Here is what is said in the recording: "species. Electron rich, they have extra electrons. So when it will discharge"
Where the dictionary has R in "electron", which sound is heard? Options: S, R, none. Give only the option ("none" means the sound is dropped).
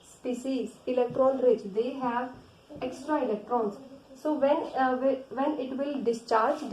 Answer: R